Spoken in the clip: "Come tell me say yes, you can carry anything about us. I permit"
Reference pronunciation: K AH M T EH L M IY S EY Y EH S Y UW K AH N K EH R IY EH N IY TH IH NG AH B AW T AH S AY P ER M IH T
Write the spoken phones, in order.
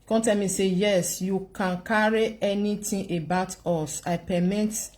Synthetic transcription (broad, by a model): K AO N T EH L M IY S EY Y EH S Y UW K AH N K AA R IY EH N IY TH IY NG AH B AW T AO S AY P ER M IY T